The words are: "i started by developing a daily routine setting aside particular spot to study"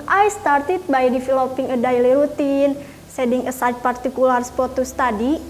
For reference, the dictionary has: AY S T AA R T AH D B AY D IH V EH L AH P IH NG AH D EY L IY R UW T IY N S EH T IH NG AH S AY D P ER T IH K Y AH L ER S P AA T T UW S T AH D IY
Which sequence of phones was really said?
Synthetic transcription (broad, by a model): AY S T AA R T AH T B AY D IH F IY L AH P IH NG AH D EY L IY R UW T IY N S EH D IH NG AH S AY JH P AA T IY K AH L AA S P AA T T UW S T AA D IY